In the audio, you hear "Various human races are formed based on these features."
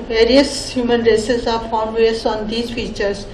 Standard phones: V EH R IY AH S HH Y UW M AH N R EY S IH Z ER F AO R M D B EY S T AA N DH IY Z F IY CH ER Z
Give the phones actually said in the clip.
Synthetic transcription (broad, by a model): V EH R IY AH S HH Y UW M AH N R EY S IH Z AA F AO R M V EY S AA N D IY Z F IY CH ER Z